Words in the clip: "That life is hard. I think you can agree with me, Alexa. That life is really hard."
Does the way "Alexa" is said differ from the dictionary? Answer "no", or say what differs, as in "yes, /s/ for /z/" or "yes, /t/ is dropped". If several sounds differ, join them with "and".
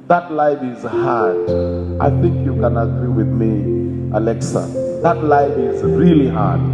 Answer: no